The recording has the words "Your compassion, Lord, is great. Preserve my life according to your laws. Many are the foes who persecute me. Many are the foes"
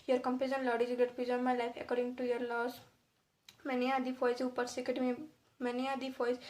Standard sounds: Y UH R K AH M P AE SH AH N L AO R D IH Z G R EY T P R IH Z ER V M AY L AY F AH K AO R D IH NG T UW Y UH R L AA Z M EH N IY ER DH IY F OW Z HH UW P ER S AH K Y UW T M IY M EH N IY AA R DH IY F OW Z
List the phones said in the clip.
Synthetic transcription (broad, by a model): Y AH R K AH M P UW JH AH N L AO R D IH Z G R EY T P IH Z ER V M AY L AY F AH K AO R D IH NG T UW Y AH R L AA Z M EH N IY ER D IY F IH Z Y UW P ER S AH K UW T M IY M EH N IY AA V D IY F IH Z